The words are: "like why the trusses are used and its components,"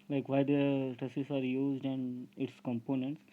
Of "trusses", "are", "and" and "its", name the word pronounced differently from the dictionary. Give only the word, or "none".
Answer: trusses